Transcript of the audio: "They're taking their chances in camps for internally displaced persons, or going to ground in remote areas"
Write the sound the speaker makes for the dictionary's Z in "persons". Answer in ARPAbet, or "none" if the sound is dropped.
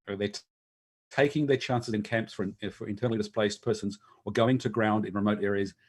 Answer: Z